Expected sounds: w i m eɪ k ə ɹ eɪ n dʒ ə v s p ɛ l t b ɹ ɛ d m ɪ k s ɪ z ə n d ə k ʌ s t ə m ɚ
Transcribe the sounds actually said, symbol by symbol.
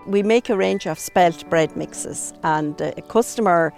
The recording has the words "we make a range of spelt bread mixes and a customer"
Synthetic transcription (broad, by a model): w i m eɪ k ə ɹ eɪ n dʒ ə v s p ɛ l t b ɹ ɛ d m ɪ k s ɪ z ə n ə k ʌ s t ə m ɚ